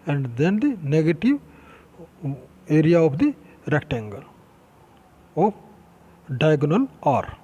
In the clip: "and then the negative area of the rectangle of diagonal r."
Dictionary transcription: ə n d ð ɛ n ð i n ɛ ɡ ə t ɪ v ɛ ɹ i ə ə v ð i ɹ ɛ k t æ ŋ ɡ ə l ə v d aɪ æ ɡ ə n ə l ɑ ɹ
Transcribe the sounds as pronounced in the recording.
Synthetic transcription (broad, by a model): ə n d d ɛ n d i n ɛ ɡ ə t ɪ v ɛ ɹ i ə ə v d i ɹ ɛ k t æ ŋ ɡ ə l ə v d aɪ ɡ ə n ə l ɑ ɹ